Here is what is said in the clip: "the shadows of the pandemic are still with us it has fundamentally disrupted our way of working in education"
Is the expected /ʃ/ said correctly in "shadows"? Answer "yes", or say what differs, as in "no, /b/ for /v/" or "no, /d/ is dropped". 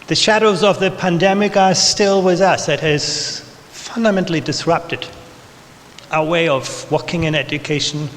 yes